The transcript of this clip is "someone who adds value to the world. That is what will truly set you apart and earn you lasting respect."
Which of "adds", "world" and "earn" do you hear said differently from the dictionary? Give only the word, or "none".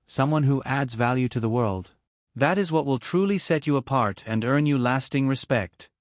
none